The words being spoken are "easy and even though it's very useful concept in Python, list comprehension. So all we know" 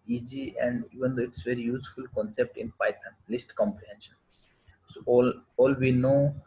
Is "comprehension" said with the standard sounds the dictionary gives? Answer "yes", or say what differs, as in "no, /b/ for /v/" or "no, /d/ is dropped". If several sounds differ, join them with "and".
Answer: yes